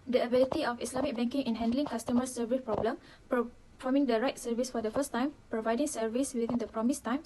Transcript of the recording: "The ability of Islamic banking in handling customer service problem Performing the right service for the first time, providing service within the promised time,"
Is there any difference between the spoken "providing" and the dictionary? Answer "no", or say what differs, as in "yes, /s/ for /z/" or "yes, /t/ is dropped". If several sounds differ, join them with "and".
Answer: no